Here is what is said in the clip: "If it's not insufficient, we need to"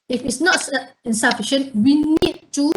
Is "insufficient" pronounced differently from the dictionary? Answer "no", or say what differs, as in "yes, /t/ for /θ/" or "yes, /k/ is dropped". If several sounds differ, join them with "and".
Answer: no